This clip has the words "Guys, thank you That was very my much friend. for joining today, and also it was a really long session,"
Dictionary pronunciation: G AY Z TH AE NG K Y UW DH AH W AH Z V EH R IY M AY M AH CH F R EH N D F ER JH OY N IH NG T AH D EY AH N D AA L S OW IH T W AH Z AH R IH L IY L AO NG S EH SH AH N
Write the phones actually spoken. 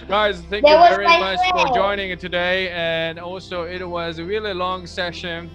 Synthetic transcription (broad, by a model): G AY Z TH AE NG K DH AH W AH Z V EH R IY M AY M AH CH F F ER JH OY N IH NG T AH D EY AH N AA L S OW IH T W AH Z AH R IH L IY L AO NG S EH SH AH N